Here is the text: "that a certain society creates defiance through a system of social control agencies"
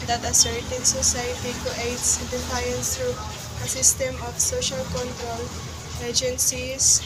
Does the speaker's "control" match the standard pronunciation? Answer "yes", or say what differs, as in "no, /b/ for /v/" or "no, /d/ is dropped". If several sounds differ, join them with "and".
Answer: yes